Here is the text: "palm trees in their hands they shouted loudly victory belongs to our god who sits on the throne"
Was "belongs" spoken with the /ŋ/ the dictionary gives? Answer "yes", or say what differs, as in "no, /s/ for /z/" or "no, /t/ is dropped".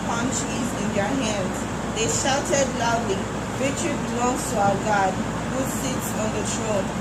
no, /ŋ/ is dropped